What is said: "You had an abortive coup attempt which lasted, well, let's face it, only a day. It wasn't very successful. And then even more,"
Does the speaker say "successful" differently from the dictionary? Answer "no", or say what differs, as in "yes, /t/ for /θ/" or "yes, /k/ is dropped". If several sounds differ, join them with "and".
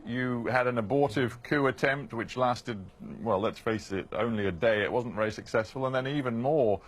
no